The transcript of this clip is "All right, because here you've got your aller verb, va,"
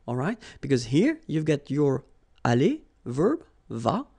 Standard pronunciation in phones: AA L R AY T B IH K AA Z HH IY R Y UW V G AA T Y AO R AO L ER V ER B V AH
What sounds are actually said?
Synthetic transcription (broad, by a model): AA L R AY T B IH K AA Z HH IY R Y UW V G AA T Y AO R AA L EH V ER B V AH